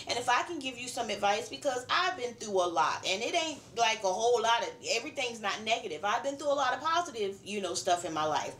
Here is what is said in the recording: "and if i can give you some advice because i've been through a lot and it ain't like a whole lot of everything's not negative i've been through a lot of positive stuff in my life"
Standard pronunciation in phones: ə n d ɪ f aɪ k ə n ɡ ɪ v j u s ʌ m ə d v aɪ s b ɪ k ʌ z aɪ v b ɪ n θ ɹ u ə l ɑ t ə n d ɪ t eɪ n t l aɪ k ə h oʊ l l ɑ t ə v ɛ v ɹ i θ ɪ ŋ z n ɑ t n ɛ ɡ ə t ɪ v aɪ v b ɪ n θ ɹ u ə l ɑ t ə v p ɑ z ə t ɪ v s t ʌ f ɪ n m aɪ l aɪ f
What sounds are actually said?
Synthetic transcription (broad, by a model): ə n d ɪ f aɪ k ə n ɡ ɪ v j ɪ s ʌ m ə d v aɪ s b ɪ k ʌ z aɪ v b ɪ n θ ɹ u ə l ɑ t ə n ɪ t eɪ n t l aɪ k ə h oʊ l l ɑ t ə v ɛ v ɹ i θ ɪ ŋ z n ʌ t n ɛ ɡ ə t ɪ v aɪ v b ɪ n θ ɹ u ə l ɑ t ə v p ɑ z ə t ɪ v s t ʌ f ɪ n m aɪ l aɪ f